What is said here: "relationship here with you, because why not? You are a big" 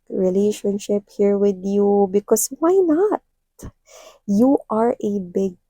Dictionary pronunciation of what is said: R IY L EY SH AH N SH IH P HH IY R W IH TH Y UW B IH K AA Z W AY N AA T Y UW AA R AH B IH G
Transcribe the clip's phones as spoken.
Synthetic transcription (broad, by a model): R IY L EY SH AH N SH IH P HH IY R W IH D Y UW B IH K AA S W AY N AA T Y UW AA R AH B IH G